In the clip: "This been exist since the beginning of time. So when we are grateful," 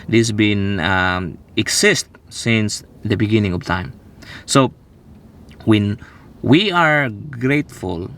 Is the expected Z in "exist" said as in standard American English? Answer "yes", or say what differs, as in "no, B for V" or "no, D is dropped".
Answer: no, S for Z